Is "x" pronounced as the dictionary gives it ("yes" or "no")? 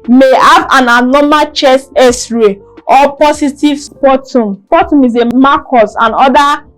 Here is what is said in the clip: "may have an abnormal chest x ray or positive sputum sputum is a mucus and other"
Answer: no